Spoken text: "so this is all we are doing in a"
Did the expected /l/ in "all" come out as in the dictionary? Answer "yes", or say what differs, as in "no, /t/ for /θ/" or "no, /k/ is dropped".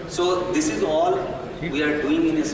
yes